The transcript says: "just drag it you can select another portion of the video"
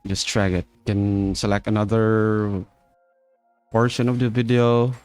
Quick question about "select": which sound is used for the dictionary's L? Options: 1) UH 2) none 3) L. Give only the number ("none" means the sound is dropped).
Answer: 3